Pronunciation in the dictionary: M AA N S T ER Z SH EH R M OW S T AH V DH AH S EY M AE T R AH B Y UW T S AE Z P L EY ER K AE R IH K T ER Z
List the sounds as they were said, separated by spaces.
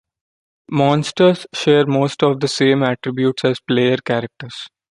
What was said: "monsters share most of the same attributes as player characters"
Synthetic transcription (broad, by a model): M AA N S T ER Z SH EH R M OW S T AH V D AH S EY M AE T R AH B Y UW T S AE Z P L EY ER K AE R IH K T ER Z